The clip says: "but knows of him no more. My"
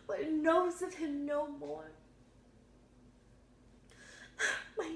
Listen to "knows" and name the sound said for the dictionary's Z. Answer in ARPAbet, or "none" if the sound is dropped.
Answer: Z